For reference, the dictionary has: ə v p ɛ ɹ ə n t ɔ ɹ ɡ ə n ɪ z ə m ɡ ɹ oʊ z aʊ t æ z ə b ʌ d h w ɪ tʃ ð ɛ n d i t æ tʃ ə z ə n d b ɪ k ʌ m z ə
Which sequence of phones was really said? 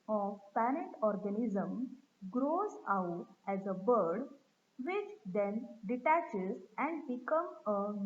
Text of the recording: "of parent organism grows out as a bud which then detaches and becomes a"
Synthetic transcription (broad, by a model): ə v p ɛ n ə t ɔ ɹ ɡ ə n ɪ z ə m ɡ ɹ oʊ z aʊ t æ z ə b ʌ d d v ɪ tʃ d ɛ n d i t æ tʃ ə z ə n d b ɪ k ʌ m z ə